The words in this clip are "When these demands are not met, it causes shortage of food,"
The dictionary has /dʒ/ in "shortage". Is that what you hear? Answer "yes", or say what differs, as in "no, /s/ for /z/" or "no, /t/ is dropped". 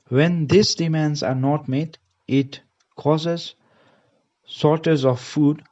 no, /z/ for /dʒ/